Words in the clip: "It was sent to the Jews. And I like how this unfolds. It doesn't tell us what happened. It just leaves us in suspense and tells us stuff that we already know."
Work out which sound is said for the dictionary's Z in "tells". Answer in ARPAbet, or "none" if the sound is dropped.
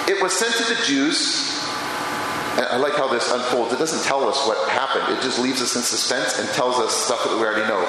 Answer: Z